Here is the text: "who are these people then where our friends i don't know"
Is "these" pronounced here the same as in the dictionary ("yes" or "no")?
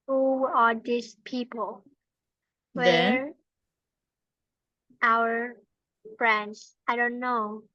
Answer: no